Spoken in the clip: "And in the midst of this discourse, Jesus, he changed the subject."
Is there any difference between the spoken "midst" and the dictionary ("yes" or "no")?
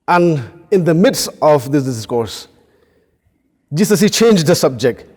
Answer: no